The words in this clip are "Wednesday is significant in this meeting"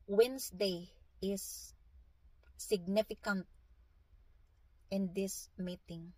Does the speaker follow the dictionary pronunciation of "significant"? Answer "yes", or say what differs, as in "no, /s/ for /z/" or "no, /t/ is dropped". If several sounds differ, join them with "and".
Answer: yes